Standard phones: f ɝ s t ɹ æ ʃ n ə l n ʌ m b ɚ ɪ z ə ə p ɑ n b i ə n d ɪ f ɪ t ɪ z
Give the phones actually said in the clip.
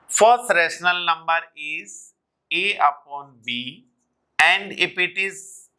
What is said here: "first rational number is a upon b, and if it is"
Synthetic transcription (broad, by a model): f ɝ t ɹ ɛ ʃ n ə l n ʌ m b ɚ ɪ z ə ə p ɑ n b i ə n d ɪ p ɪ t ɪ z